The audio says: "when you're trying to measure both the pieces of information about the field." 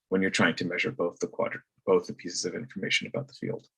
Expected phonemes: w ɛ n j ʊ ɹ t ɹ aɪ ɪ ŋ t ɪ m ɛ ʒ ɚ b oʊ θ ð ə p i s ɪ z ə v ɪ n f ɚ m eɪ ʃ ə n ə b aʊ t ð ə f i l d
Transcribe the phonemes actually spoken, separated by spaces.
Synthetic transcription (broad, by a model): w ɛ n j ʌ ɹ t ɹ aɪ ɪ ŋ t ɪ m ɛ ʒ ɚ b oʊ θ ð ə p i s ɪ z ə v ɪ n f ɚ m eɪ ʃ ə n ə b aʊ t ð ə f i l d